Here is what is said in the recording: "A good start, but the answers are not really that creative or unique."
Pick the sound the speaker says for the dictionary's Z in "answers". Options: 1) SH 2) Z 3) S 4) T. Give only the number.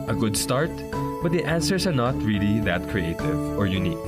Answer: 3